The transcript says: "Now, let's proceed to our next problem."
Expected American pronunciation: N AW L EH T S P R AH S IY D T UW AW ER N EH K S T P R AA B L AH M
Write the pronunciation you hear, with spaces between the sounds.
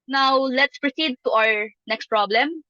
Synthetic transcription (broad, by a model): N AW L EH T S P R AH S IY D T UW AW ER N EH K S T P R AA B L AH M